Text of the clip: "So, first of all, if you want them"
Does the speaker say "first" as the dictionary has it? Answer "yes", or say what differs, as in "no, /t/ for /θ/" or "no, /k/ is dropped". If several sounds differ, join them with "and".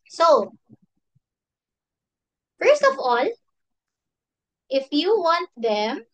yes